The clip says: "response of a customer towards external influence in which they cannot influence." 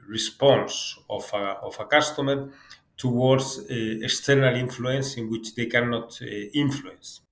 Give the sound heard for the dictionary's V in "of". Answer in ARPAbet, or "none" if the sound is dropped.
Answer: F